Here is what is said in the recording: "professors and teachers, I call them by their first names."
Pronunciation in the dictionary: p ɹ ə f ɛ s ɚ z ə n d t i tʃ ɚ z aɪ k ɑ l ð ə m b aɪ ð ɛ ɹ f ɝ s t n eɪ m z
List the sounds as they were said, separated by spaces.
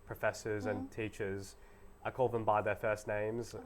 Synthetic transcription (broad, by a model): p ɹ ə f ɛ s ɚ z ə n t i tʃ ɚ z aɪ k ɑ l ð ə m b aɪ ð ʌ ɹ f ɝ s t n eɪ m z